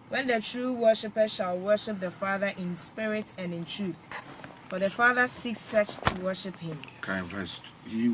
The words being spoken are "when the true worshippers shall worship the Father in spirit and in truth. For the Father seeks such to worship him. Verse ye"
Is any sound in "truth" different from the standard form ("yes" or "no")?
no